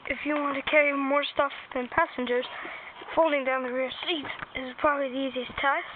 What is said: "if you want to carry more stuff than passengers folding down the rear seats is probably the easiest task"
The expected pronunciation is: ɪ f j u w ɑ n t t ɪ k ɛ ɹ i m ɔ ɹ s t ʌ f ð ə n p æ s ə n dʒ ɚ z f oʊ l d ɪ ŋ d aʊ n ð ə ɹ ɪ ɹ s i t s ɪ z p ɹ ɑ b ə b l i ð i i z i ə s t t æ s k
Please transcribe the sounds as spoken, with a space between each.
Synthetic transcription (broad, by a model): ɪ f j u w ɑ n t t ɪ k ɛ ɹ i m ɔ ɹ s t ʌ f ð ə n p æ s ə n dʒ ɚ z f oʊ l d ɪ ŋ d aʊ n ð ə ɹ ɪ ɹ s i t ɪ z p ɹ ɑ b ə b l i ð i i z i ə s t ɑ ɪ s